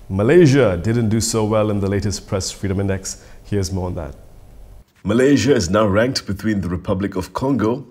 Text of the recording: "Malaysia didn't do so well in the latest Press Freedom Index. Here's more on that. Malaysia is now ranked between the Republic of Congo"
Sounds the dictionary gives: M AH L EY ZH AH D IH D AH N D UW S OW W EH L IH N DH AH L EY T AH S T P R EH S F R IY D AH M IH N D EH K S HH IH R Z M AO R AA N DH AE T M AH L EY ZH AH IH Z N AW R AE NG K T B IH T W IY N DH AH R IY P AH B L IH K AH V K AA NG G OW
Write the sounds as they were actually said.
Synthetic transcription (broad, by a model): M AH L EY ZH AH D IH D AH N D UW S OW W EH L IH N DH AH L EY T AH S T P R EH S F R IY D AH M IH N D EH K S HH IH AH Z M AO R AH N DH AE T M AH L EY ZH AH IH Z N AW R AE NG K T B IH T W IY N DH AH R IY P AH B L IH K AH V K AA NG G OW